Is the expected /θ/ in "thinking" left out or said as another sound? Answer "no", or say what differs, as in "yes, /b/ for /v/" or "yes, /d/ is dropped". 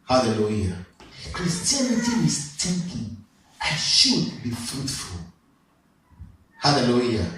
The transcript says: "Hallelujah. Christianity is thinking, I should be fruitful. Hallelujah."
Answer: yes, /t/ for /θ/